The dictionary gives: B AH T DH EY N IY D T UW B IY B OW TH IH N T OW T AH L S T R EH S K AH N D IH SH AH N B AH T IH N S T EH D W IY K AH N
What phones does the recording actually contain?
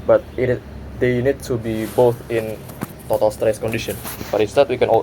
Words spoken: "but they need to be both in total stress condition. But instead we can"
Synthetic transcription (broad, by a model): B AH T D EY N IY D T UW B IY B OW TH IH N T OW T AH L S T R EH S K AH N D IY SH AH N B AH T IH S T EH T W IY K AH N